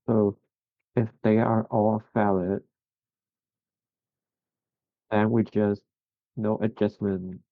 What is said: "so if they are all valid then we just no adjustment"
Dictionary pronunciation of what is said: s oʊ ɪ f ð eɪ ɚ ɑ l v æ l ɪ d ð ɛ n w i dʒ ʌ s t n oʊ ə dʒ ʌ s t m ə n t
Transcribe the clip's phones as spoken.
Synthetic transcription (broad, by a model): s oʊ ɪ f ð eɪ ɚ ɑ l f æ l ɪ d ð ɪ n w i dʒ ʌ s t n oʊ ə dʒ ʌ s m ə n